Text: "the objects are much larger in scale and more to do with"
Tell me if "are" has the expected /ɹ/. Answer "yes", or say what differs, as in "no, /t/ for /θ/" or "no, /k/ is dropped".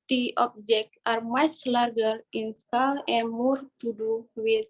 yes